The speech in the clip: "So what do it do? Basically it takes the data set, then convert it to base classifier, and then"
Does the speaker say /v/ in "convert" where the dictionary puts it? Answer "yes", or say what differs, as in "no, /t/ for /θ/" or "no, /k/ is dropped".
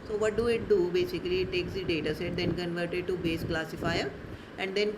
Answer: yes